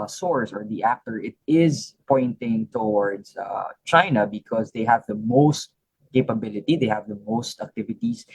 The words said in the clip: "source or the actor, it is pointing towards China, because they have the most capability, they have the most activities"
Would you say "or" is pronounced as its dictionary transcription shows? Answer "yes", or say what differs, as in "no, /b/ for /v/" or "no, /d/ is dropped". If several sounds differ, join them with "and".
yes